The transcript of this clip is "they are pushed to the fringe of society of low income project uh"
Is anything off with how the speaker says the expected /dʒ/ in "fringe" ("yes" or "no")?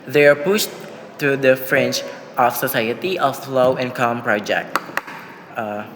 yes